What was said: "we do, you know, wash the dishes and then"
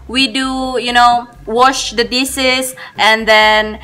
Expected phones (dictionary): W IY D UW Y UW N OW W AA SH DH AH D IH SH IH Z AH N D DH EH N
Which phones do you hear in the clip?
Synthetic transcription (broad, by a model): W IY D UW Y UW N OW W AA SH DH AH D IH S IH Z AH N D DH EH N